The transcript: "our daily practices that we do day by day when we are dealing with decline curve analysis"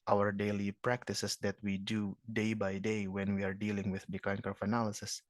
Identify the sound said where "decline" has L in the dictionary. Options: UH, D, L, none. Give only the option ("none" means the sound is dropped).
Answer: none